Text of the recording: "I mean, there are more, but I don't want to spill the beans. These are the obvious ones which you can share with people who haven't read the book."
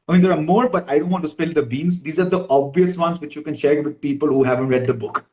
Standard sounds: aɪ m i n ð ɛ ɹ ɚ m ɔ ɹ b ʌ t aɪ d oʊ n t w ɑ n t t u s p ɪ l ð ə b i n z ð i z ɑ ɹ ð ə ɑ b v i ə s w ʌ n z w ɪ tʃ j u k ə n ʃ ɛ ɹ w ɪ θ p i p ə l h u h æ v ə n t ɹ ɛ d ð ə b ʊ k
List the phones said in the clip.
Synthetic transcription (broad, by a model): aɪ m i n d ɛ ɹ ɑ m ɔ ɹ b ʌ t aɪ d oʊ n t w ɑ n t t u s p ɪ l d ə b i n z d i z ɑ ɹ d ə ɑ b v i ə s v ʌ n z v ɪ tʃ j u k ə n ʃ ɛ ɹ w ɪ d p i p ə l h u h æ v ə n t ɹ ɛ d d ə b ʊ k